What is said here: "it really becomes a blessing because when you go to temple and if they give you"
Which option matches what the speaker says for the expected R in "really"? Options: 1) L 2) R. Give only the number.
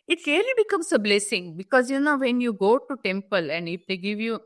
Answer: 1